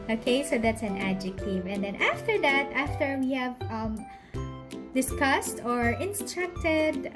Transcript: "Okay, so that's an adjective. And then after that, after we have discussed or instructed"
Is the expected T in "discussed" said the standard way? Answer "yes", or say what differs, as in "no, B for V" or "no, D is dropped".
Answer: yes